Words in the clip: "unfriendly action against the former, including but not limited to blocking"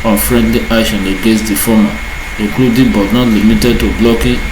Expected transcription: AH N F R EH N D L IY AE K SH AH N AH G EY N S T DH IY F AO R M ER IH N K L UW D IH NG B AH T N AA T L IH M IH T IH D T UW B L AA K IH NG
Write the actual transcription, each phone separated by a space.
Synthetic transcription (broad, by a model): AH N F R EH N D L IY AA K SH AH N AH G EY S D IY F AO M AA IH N K L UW D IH B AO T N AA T L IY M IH T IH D T UW B L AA K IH